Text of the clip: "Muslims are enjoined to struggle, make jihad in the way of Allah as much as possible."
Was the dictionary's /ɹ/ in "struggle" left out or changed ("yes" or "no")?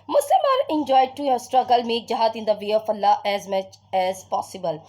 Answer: no